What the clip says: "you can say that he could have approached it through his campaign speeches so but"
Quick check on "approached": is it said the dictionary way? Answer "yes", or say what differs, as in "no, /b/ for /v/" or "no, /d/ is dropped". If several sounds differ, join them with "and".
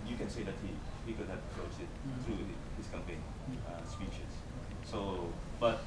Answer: no, /s/ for /tʃ/